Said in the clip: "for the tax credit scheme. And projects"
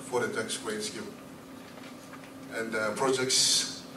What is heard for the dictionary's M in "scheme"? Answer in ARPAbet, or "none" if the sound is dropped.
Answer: none